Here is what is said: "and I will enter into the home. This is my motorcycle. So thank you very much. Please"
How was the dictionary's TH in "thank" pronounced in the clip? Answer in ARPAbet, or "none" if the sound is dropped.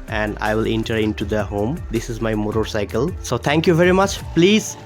T